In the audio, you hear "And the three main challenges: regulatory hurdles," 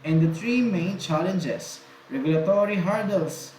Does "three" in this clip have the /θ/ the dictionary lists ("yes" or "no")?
no